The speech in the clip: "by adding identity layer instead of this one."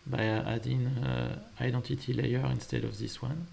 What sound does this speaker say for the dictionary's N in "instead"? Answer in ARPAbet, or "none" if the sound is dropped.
N